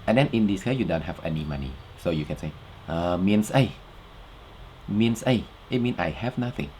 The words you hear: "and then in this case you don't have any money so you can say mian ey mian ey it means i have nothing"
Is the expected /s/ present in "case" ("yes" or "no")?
no